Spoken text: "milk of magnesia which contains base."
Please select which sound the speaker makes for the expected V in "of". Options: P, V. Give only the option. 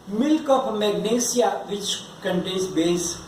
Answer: P